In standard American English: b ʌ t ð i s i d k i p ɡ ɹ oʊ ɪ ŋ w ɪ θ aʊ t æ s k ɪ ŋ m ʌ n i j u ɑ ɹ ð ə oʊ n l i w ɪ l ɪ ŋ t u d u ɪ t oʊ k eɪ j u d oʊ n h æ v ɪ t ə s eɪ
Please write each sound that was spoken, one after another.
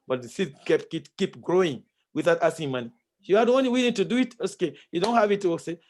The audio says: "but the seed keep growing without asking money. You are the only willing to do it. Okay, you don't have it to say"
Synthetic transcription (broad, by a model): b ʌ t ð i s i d k i p ɡ ɹ oʊ ɪ ŋ w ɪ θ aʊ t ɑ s ɪ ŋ m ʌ n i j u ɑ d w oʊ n i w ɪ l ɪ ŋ t u d u ɪ t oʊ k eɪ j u d oʊ n h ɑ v ɪ t ə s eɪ